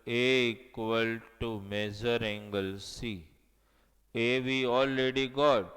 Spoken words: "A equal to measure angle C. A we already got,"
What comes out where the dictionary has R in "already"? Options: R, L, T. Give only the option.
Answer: L